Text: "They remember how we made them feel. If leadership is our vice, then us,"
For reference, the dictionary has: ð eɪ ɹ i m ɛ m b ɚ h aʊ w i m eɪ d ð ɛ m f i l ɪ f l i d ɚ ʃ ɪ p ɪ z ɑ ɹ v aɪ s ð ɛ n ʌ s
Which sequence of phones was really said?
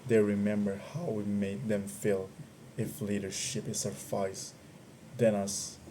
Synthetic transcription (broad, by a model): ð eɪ ɹ i m ɛ m b ɚ h aʊ w i m eɪ d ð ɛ m f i l ɪ f l i d ɚ ʃ ɪ p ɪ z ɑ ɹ f aɪ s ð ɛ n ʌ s